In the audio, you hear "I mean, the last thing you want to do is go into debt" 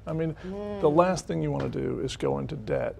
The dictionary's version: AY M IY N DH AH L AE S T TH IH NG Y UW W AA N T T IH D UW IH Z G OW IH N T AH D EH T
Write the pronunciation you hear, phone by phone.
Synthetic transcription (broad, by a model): AY M IY N DH AH L AE S T TH IH NG Y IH W AA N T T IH D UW IH Z G OW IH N T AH D EH T